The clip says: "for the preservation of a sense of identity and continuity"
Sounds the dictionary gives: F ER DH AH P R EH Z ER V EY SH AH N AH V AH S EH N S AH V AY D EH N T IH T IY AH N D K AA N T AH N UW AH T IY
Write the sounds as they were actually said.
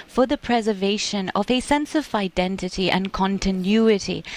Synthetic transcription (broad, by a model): F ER DH AH P R EH Z ER V EY SH AH N AH V AH S EH N S AH V AY D EH N T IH T IY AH N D K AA N T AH N UW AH T IY